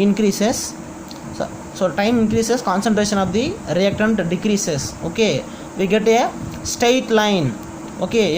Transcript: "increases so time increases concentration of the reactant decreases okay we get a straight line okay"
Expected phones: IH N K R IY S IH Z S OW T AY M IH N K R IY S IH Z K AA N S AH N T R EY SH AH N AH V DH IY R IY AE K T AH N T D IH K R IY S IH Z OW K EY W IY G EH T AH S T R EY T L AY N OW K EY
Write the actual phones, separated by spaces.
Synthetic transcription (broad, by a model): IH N K R IY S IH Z S OW T AY M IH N K R IY S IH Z K AA N S AH N T R EY SH AH N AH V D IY R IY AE K T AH N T D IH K R IY S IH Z OW K EY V IY G EH T AH S T EY T L AY N OW K EY